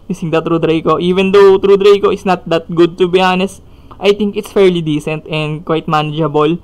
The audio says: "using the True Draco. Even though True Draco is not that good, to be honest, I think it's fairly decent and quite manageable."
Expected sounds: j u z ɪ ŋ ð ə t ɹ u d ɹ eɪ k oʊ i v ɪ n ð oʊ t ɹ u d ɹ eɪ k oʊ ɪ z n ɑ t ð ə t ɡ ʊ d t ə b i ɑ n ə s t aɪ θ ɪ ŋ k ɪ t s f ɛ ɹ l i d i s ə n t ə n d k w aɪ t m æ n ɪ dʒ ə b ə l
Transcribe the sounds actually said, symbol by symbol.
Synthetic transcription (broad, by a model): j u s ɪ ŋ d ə t ɹ u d ɹ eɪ k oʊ i v ɪ n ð oʊ t ɹ u d ɹ eɪ k oʊ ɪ s n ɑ t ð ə t ɡ ʊ d t ə b i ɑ n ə s t aɪ t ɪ ŋ k ɪ t s f ɛ ɹ l i d i s ə n t ə n d k w aɪ t m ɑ n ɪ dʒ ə b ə l